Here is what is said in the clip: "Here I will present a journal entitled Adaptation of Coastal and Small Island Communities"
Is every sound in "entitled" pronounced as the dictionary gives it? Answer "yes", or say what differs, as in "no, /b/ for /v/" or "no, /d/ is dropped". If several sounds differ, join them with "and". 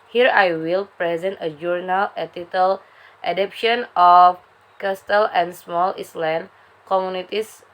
no, /n/ is dropped